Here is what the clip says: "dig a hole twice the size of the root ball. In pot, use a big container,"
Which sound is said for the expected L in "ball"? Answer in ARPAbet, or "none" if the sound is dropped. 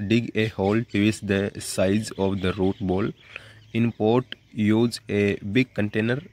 L